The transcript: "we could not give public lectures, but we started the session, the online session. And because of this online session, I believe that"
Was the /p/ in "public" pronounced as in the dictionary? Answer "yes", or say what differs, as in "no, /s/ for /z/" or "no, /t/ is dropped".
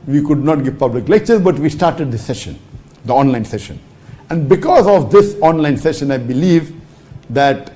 yes